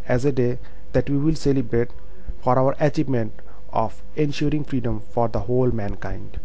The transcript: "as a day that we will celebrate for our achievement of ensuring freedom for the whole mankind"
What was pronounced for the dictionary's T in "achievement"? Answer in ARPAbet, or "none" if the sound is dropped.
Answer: T